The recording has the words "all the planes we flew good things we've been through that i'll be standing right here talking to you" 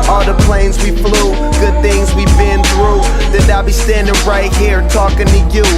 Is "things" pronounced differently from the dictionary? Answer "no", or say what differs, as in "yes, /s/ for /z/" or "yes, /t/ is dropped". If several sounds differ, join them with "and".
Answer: no